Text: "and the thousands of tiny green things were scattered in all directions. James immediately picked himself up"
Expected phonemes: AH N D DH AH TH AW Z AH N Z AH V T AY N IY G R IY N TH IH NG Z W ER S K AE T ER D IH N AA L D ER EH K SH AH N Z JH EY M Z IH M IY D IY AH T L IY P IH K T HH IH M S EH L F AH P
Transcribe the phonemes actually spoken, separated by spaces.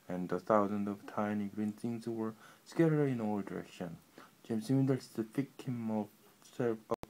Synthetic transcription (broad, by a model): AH N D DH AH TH AW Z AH N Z AH V T AY N IY G R IY N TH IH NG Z W ER S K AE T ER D IH N AA L D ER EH K SH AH N JH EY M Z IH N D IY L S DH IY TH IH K HH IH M AO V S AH